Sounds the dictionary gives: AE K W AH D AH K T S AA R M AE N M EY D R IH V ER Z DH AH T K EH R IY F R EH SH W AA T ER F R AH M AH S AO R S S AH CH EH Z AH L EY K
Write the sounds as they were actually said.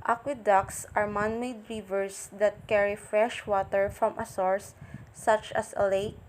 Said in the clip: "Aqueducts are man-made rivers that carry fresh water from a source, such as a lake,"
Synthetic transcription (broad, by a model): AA K W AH D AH K S AA R M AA N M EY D R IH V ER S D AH T K EH R IY F R EH SH W AA T ER F R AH M AH S AO R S S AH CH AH S AH L EY K